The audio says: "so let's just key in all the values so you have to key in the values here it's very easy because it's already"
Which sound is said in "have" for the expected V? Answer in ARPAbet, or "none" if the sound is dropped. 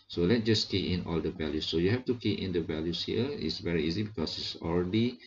F